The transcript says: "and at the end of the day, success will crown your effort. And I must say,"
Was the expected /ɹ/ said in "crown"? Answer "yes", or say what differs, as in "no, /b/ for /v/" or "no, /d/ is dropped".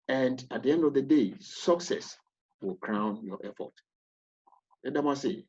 yes